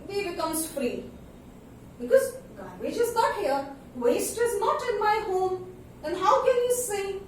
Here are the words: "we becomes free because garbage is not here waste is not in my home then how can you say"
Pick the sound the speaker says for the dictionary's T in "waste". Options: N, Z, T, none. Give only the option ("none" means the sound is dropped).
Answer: T